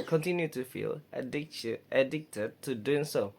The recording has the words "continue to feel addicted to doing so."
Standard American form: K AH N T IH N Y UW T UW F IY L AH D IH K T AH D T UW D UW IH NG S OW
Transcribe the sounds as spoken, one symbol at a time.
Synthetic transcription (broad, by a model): K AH N T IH N Y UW T UW F IY L AH D IH K T AH D T UW D UW IH NG S OW